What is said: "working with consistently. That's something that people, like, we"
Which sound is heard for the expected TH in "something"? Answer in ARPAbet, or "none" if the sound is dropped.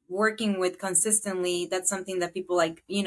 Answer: TH